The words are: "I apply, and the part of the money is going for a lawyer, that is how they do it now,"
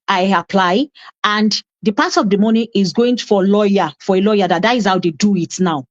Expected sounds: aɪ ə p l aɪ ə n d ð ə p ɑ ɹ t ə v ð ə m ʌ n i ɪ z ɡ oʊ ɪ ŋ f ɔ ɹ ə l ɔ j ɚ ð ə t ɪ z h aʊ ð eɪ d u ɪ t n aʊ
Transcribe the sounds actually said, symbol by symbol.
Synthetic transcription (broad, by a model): aɪ ə p l aɪ ə n d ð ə p ɑ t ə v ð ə m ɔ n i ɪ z ɡ oʊ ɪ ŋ f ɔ l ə l ɔ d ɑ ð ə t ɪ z h aʊ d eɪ d u ɪ t n aʊ